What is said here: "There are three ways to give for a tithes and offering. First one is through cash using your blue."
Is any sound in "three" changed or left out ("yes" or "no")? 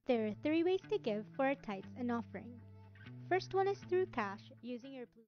no